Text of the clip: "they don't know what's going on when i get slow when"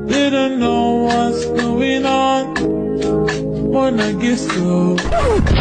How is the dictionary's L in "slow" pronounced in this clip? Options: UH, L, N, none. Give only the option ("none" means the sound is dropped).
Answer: none